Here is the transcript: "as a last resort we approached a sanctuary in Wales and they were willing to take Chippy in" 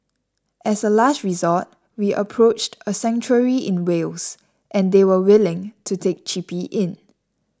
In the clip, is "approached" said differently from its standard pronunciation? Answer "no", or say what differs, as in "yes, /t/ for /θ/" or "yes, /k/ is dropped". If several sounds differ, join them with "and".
no